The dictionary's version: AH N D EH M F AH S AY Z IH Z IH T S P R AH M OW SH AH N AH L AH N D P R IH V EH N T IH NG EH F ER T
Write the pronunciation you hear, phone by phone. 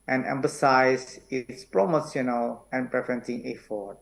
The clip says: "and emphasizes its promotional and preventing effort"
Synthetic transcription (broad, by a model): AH N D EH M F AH S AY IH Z IH T S P R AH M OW S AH N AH L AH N P R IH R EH N S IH NG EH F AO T